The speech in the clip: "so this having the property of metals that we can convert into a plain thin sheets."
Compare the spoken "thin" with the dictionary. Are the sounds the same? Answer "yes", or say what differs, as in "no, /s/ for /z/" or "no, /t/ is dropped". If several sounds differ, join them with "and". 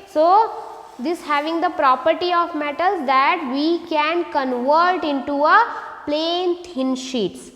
no, /t/ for /θ/